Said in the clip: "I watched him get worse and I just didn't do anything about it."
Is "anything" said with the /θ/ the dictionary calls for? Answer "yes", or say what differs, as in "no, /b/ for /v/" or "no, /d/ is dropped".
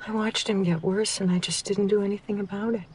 yes